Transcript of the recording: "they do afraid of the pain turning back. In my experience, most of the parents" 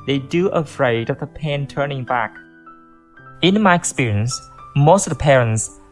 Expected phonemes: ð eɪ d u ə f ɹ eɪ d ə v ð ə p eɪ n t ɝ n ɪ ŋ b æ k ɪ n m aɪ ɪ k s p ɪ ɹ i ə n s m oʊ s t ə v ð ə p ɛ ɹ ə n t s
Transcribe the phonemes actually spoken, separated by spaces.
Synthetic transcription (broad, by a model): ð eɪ d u ə f ɹ eɪ d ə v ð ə p eɪ n t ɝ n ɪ ŋ b æ k ɪ n m aɪ ɪ k s p ɪ ɹ i ə n s m oʊ s t ə v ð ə p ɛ ɹ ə n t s